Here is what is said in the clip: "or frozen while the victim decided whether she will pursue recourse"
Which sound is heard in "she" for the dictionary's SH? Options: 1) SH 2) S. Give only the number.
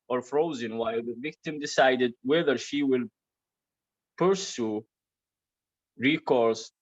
1